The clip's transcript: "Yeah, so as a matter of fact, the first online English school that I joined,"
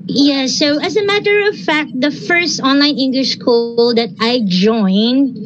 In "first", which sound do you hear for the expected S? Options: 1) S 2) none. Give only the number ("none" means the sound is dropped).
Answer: 1